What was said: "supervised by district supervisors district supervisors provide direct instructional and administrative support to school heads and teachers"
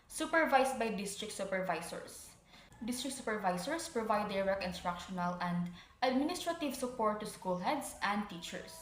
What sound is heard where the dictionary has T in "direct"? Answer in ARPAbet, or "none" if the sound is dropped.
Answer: none